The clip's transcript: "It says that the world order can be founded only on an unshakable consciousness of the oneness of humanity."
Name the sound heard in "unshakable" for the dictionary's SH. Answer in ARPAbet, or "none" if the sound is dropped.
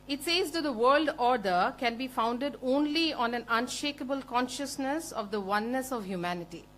SH